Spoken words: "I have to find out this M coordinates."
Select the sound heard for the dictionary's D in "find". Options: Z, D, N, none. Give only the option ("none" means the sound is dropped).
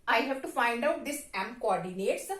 D